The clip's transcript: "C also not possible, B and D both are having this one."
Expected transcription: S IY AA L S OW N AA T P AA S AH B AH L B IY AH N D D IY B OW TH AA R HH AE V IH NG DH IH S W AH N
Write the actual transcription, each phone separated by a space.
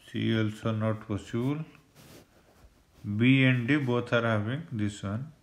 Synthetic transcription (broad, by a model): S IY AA L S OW N AA T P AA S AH L B IY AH N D D IY B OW T AA R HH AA B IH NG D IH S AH N